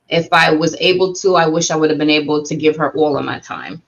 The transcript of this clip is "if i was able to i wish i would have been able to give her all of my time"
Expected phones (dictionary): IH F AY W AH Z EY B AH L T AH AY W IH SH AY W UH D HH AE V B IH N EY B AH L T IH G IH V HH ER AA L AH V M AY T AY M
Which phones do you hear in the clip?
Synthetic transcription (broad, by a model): IH F AY W AH Z EY B L T AH AY W IH SH AY W UH D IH V B IH N EY B L T IH G IH V ER AA L AH V M AY T AY M